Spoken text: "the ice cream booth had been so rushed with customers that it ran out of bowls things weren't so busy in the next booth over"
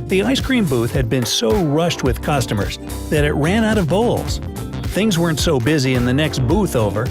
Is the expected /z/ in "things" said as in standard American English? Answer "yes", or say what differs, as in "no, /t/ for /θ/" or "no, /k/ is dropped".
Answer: yes